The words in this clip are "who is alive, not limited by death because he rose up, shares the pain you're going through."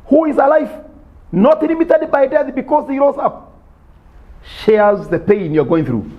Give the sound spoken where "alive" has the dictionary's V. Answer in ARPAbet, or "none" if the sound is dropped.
F